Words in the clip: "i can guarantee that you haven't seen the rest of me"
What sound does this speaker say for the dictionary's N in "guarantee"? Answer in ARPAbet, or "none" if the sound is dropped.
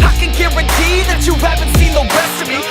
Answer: none